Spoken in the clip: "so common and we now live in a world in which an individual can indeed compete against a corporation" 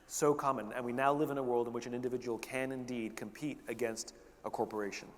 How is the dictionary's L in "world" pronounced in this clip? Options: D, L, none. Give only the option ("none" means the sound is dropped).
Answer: L